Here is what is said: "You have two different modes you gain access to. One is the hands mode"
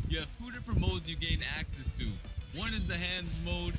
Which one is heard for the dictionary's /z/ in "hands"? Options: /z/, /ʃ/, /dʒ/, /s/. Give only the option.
/z/